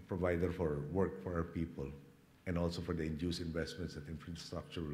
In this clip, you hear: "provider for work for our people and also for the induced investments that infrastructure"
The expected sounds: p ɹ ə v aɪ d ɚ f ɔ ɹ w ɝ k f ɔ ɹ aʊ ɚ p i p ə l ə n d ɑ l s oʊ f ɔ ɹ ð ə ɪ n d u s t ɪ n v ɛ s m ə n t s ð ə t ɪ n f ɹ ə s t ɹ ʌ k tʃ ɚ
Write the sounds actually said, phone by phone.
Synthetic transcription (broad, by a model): p ɹ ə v aɪ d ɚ f ɔ ɹ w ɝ k f ɔ ɹ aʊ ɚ p i p ə l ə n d ɑ l s oʊ f ɔ ɹ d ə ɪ n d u s ɪ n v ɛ s m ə n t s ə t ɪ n f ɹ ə s t ɹ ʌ k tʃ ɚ